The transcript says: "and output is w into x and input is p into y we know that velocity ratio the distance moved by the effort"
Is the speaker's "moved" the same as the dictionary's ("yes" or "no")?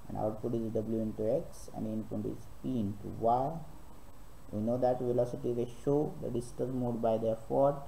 no